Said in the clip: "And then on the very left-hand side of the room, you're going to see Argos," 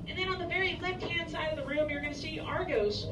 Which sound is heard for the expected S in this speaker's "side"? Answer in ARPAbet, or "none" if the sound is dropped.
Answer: S